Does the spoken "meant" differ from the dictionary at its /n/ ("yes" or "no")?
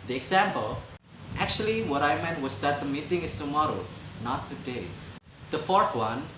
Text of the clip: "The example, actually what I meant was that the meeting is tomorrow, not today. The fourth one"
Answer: no